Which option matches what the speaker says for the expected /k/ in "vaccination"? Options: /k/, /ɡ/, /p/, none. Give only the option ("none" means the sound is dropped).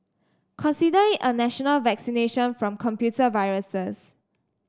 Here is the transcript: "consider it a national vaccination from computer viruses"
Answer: /k/